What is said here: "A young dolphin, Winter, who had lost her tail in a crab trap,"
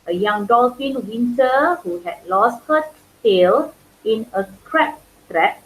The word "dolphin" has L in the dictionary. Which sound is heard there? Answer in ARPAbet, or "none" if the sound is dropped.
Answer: L